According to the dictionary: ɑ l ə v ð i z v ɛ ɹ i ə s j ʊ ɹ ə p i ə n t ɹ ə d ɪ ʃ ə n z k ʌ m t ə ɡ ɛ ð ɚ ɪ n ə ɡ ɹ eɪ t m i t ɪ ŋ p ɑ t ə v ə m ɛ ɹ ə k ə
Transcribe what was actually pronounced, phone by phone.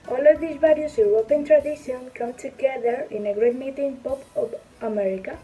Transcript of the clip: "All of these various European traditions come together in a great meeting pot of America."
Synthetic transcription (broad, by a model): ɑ l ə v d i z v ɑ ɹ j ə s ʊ w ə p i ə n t ɹ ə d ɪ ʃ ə n k ʌ m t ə ɡ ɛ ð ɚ ɪ n ə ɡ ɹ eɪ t m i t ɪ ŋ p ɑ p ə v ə m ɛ ɹ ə k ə